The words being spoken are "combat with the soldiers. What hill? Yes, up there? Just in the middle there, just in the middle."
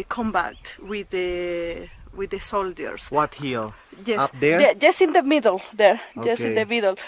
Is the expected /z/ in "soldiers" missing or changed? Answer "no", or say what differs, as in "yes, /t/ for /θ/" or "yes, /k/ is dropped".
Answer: yes, /s/ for /z/